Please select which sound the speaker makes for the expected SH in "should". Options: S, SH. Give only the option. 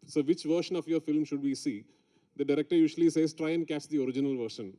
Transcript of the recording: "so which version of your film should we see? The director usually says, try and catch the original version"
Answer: SH